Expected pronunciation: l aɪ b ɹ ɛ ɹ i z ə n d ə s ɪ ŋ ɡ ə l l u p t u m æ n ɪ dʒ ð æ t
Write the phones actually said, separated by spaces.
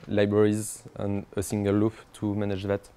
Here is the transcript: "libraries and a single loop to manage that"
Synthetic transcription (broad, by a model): l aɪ b ɹ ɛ ɹ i z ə n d ə s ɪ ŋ ɡ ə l l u f t u m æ n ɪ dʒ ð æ t